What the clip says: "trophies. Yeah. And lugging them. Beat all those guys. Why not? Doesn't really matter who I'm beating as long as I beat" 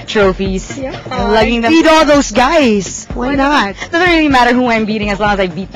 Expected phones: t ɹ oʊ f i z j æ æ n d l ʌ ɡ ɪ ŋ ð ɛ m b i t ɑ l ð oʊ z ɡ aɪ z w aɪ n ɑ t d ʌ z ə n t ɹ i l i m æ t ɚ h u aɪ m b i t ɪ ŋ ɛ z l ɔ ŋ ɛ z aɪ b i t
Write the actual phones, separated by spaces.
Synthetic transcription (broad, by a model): t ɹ oʊ f i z l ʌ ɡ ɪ ŋ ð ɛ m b i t ɑ l ð oʊ z ɡ aɪ z w aɪ n ɑ t d ʌ z ə n t ɹ i l i m æ t ɚ h u aɪ m b i t ɪ ŋ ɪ z l ɔ ŋ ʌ z aɪ b i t